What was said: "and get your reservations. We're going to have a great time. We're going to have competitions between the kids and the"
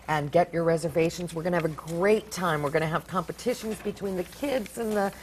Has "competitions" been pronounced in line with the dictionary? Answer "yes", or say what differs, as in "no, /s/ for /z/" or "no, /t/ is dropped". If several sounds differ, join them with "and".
yes